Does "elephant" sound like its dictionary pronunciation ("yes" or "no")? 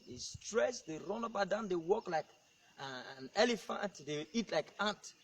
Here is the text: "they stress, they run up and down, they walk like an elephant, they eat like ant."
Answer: yes